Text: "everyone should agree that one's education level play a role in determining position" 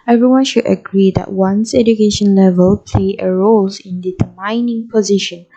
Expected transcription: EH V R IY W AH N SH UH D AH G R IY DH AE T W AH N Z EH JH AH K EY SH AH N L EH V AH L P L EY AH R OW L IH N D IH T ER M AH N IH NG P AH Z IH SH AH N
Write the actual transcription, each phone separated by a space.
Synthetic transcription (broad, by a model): EH V R IY W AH N SH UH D AH G R IY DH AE T W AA N S EH JH AH K EY SH AH N L EH V AH L P L EY AH R OW L IH N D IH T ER M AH N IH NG P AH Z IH SH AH N